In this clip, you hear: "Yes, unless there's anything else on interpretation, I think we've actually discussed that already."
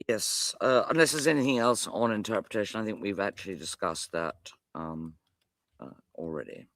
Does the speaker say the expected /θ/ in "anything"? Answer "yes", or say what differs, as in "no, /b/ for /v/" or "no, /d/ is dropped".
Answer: yes